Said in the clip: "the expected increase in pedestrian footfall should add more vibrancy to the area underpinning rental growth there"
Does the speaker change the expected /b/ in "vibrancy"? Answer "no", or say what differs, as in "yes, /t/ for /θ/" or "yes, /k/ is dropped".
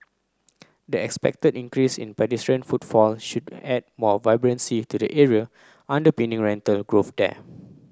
no